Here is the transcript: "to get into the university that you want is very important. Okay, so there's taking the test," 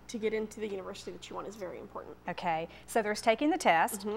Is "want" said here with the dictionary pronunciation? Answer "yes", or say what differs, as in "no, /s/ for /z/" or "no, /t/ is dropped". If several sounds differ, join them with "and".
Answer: no, /t/ is dropped